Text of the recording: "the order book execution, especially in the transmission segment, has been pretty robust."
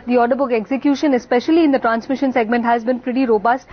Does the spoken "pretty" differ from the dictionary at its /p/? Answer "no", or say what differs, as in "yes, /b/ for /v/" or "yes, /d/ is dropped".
yes, /f/ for /p/